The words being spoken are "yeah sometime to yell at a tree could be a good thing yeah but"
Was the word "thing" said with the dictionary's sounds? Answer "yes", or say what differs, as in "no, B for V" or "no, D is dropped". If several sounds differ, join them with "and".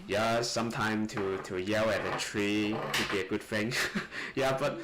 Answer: no, F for TH